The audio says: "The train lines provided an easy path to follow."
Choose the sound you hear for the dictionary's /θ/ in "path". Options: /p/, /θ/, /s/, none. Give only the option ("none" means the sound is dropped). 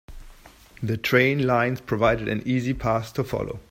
/s/